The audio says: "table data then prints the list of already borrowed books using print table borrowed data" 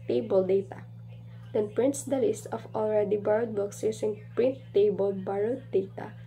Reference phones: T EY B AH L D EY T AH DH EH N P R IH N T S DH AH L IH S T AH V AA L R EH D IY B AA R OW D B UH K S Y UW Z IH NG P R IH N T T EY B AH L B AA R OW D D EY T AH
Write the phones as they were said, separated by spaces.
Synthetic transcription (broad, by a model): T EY B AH L D EY T AH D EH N P R IH N T S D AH L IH S T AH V AA L R EH D IY B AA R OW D B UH K S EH S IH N P R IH N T T EY B AH L B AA R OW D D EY T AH